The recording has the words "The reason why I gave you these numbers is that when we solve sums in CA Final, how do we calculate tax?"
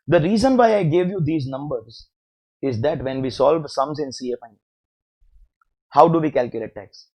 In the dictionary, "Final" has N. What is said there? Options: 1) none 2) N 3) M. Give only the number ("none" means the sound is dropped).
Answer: 1